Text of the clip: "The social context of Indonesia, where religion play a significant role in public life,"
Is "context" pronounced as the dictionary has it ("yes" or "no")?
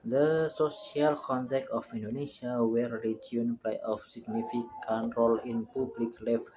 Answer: no